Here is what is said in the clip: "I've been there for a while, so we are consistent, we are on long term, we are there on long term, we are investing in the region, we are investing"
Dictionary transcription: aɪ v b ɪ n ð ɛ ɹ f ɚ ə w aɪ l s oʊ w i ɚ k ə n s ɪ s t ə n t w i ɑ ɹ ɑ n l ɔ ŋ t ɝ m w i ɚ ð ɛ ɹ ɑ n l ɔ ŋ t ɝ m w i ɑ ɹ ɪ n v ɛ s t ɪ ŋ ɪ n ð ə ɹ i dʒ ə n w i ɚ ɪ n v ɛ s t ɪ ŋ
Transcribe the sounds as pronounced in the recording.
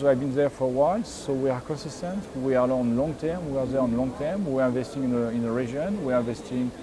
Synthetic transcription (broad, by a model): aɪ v b ɪ n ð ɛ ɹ f ə w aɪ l s oʊ w i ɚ k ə n s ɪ s t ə n t w i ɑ l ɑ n l ɔ ŋ t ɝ m w i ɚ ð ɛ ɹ ɑ n l ɔ ŋ t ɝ m w i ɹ ɪ n v ɛ s t ɪ ŋ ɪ n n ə ɹ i ʒ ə n w i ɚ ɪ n v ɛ s t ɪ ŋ